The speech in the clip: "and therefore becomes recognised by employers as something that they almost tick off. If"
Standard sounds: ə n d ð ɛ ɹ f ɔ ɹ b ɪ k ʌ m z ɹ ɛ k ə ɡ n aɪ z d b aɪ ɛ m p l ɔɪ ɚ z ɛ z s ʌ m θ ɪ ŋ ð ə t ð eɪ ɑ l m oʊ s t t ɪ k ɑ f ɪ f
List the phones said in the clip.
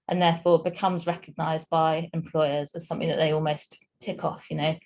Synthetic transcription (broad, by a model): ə n ð ɛ f ɔ b ɪ k ʌ m z ɹ ɛ k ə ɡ n aɪ z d b aɪ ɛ m p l ɔɪ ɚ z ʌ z s ʌ m θ ɪ ŋ ð ə t ð eɪ ɑ l m oʊ s t t ɪ k ɑ f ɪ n